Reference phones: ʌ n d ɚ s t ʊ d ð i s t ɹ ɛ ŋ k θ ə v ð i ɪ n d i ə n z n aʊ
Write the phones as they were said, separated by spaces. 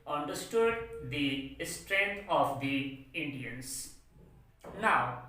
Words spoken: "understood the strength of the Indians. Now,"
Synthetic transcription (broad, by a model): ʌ n d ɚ s t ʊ d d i s t ɹ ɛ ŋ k t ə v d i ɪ n d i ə n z n aʊ